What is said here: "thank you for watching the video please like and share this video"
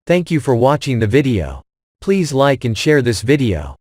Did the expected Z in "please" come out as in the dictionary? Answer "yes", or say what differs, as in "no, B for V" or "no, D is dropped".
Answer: yes